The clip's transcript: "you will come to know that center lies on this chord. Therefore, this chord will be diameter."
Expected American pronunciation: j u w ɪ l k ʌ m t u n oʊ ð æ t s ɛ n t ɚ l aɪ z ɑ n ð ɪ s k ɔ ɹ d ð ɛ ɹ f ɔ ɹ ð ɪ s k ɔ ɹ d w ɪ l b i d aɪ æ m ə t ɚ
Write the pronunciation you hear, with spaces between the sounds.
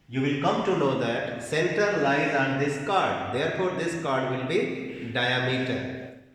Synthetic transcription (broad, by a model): j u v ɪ l k ʌ m t u n oʊ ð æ t s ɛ l t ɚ l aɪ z ɑ n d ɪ s k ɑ ɹ d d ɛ ɹ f ɔ ɹ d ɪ s k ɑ ɹ d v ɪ l b i d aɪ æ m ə t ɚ